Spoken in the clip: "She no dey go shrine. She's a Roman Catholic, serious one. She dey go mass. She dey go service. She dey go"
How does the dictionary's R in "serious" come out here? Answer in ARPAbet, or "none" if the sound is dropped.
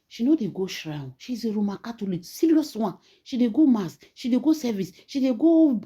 L